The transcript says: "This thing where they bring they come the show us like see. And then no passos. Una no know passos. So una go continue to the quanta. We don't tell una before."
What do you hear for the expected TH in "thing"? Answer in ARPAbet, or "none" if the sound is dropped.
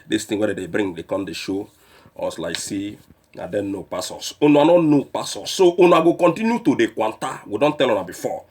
T